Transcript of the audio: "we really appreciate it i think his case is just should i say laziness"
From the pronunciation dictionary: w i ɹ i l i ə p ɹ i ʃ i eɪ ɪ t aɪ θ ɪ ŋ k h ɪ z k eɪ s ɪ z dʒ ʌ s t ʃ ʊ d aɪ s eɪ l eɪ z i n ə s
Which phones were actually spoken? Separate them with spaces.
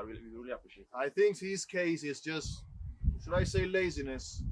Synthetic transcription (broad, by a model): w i ɹ i l i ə p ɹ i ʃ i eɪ ɪ t aɪ θ ɪ ŋ k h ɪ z k eɪ s ɪ z dʒ ʌ s t ʃ ʊ d aɪ s eɪ l eɪ z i n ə s